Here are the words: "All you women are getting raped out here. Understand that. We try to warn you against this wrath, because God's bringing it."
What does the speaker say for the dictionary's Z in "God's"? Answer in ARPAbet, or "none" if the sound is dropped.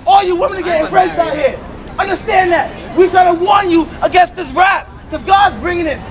Z